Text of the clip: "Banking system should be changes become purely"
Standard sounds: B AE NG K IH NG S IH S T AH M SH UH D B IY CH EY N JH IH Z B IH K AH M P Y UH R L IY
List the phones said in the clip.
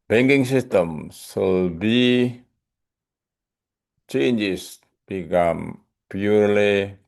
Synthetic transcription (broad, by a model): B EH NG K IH NG S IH S T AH M S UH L B IY CH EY N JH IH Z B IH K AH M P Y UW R L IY